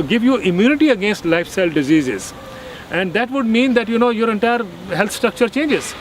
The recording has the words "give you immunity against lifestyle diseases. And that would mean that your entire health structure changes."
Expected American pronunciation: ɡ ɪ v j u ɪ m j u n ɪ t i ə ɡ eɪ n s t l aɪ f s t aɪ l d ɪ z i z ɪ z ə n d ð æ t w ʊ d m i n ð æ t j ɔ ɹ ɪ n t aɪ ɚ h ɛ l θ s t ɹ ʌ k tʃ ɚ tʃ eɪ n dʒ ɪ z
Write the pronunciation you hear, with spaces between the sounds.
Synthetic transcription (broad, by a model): ɡ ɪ v j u ɪ m j u n ɪ t i ə ɡ eɪ n s t l aɪ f s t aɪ l d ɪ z i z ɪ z ə n d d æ t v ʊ d m i n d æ t j ɔ ɹ ɪ n t aɪ ɚ h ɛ l t s t ɹ ʌ k tʃ ɚ tʃ eɪ n dʒ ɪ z